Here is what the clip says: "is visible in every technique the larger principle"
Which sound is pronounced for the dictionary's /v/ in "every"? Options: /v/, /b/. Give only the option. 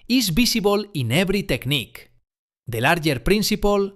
/b/